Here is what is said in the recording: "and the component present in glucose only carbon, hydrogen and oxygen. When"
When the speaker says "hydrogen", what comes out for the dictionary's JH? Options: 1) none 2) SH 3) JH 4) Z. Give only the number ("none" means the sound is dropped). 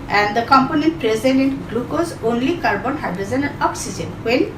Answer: 4